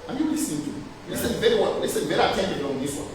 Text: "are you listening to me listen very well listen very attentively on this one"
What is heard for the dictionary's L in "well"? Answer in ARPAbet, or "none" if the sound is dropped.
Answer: N